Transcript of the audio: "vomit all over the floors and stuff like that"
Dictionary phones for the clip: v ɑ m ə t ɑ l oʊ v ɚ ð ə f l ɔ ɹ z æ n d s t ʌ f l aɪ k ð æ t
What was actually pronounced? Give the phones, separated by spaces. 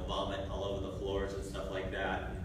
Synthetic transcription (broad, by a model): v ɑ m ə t ɑ l oʊ v ɚ ð ə f l ɔ ɹ z n s t ʌ f l aɪ k ð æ t